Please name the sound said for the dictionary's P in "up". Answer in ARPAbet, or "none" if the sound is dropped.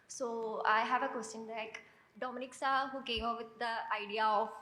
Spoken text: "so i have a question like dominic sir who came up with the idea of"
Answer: F